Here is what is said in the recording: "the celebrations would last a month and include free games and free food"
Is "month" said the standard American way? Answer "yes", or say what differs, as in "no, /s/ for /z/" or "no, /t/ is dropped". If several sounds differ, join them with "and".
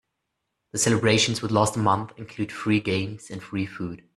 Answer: yes